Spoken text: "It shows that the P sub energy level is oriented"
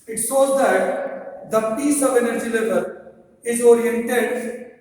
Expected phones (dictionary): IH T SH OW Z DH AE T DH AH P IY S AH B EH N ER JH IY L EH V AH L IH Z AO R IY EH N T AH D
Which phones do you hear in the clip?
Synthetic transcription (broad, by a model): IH T S OW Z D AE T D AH P IY S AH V EH N ER JH IY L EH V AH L IH Z AO R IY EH N T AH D